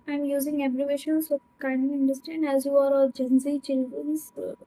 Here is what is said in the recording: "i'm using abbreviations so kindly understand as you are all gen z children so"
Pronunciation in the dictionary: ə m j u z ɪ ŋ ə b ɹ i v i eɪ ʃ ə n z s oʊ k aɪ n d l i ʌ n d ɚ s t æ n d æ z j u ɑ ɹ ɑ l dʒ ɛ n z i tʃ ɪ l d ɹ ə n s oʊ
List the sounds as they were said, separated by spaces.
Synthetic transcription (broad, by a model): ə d j u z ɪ ŋ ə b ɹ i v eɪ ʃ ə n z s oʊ k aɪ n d n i n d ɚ s t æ n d æ z j u ɑ ɹ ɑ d dʒ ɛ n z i tʃ ɪ l d ɹ ə n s